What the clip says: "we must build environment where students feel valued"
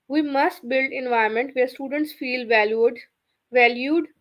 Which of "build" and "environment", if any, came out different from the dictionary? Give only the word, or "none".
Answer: environment